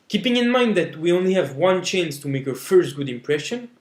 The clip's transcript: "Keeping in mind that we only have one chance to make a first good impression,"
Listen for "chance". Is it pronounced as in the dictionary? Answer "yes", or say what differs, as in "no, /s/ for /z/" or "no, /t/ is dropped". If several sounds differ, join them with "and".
yes